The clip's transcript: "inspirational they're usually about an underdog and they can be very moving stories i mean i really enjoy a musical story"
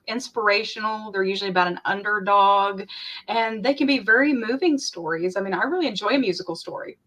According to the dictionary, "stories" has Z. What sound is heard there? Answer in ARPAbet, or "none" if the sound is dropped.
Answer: Z